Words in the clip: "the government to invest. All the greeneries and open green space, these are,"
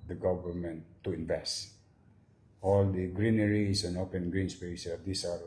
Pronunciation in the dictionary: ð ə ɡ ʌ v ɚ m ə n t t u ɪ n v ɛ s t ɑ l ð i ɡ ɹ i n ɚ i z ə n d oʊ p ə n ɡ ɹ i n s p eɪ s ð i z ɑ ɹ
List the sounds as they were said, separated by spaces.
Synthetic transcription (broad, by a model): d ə ɡ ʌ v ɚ m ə n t t u ɪ n v ɛ s t ɑ l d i ɡ ɹ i n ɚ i s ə n oʊ p ə n ɡ ɹ i n s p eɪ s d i s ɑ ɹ